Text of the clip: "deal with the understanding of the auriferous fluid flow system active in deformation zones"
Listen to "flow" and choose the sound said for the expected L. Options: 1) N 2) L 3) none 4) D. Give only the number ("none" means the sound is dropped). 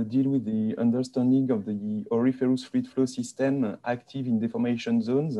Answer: 2